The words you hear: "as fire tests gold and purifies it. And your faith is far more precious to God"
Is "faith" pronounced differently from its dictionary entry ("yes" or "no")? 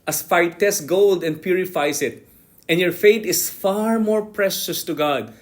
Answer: yes